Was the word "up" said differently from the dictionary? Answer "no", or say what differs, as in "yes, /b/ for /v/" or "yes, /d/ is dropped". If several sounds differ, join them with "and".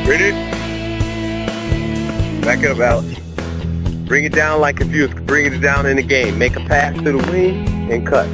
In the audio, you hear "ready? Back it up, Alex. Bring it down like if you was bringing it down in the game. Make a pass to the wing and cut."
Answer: yes, /b/ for /p/